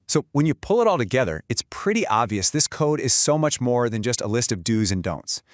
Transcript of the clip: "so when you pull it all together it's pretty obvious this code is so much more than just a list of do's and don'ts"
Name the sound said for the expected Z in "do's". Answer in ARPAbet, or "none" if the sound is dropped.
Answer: Z